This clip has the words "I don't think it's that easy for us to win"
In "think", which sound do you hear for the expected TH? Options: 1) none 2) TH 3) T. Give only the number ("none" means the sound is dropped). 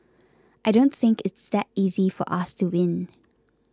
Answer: 2